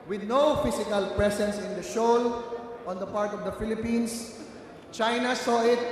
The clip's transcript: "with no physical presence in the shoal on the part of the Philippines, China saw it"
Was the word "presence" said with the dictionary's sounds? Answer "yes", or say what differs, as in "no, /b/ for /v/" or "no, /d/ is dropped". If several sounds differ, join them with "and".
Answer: no, /s/ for /z/